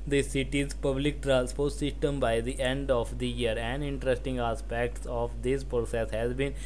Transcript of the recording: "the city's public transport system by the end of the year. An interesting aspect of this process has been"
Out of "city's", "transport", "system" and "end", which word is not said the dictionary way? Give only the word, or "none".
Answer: transport